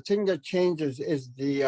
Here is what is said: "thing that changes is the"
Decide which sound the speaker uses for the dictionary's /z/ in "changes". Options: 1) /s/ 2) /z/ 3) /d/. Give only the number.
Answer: 2